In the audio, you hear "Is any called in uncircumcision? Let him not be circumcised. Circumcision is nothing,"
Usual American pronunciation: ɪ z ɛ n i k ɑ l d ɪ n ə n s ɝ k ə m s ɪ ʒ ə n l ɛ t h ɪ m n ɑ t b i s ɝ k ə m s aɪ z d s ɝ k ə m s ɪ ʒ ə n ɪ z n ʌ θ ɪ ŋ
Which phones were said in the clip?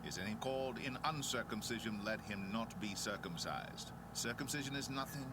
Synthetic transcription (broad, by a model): ɪ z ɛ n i k ɑ l d ɪ n ə n s ɝ k ə m s ɪ ʒ ə n l ɛ t h ɪ m n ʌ t b i s ɝ k ə m s aɪ z d s ɝ k ə m s ɪ ʒ ə n ɪ z n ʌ θ ɪ ŋ